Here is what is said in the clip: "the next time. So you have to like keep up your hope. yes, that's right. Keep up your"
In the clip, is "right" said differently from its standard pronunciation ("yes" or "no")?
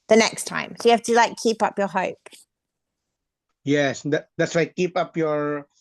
yes